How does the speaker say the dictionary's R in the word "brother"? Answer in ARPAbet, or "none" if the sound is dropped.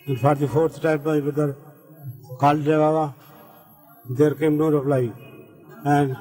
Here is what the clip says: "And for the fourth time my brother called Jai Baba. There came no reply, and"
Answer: none